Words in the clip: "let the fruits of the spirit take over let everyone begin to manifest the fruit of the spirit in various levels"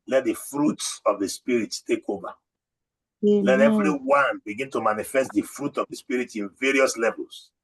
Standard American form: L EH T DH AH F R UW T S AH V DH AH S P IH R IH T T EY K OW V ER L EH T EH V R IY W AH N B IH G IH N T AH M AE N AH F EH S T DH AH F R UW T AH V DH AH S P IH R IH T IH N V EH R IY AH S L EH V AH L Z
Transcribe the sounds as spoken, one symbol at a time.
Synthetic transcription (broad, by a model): L EH T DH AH F R UW T S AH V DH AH S P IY R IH T T EY K OW V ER L EH T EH V R IY W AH N B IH G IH N T AH M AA N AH F EH S T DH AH F R UW T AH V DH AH S P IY R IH T IH N V EH R IY AH S L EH V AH L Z